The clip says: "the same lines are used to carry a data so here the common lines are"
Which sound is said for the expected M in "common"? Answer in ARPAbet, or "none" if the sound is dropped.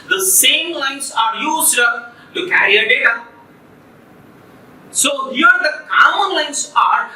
none